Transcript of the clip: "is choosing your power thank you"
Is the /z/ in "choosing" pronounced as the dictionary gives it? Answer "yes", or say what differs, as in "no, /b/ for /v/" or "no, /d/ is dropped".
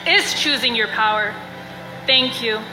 yes